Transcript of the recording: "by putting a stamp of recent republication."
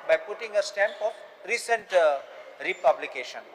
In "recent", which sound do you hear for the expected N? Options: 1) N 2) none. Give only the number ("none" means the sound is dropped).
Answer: 1